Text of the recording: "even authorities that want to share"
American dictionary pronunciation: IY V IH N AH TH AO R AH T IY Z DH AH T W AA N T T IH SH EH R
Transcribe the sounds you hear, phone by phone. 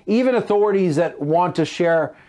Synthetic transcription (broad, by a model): IY V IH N AH TH AO R AH T IY Z DH AH T W AA N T T IH SH EH R